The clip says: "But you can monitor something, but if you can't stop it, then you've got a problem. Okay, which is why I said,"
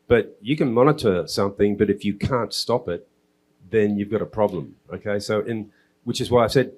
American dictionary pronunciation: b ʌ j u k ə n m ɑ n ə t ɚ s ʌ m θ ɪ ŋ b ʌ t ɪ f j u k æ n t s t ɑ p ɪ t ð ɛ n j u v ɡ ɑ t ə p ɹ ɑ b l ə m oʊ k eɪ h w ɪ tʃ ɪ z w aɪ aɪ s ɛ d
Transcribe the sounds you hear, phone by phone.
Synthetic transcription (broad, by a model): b ʌ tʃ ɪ k ə n m ɑ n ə t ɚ s ʌ m θ ɪ ŋ b ʌ t ɪ f j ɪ k æ n t s t ɑ p ɪ t ð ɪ n j u v ɡ ɑ t ə p ɹ ɑ b l ə m oʊ k eɪ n w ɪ tʃ ɪ z w aɪ aɪ s ɛ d